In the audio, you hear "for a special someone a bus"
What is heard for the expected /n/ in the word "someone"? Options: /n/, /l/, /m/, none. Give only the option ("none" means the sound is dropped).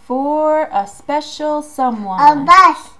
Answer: none